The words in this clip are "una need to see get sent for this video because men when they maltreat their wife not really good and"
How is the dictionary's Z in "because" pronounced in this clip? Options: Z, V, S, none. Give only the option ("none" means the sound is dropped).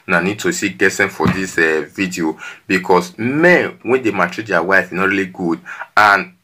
S